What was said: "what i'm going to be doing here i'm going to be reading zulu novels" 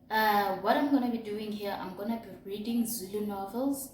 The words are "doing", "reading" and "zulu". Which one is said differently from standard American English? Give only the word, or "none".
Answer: none